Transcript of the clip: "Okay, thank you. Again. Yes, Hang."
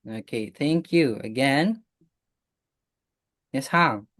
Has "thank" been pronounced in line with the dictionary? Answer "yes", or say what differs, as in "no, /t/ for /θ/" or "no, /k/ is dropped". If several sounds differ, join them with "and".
yes